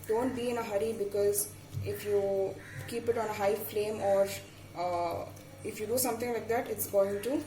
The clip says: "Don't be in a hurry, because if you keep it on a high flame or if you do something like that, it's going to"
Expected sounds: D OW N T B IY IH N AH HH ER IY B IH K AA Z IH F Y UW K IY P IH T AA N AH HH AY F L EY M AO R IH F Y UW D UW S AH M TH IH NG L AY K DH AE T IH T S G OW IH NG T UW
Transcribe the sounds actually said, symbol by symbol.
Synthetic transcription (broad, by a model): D OW N T B IY IH N AH HH ER IY B IH K AA Z IH F Y UW K IY P IH T AA N AH HH AY F L EY M AO R IH F Y UW D UW S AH M T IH NG L AY K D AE T IH T S G OW IH NG T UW